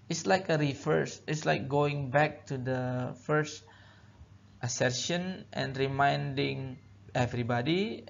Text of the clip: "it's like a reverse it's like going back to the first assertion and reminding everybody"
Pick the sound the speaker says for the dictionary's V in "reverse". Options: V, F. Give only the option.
F